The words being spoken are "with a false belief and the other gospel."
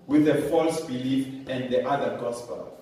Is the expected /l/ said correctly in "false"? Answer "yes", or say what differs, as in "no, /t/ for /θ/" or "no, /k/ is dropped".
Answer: yes